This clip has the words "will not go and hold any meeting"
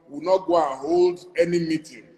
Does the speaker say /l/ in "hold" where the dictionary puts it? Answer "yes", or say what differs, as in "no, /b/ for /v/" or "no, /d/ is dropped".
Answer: yes